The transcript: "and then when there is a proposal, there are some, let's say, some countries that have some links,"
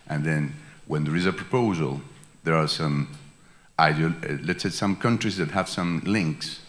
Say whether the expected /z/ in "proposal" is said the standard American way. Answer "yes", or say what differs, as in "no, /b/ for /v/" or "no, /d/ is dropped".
yes